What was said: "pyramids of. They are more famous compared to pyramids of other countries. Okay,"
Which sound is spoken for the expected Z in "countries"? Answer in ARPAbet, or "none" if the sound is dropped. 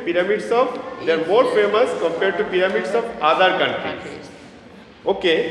none